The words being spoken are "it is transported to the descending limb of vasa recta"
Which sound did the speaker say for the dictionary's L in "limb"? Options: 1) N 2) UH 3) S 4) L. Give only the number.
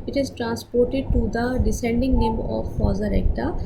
1